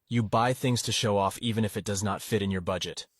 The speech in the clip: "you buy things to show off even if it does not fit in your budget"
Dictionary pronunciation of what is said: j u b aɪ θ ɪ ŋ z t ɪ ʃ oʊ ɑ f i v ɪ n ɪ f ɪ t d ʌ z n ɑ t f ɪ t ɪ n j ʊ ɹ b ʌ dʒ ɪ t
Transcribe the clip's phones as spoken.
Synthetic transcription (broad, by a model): j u b aɪ θ ɪ ŋ z t ɪ ʃ oʊ ɑ f i v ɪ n ɪ f ɪ t d ʌ z n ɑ t f ɪ t ɪ n j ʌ ɹ b ʌ dʒ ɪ t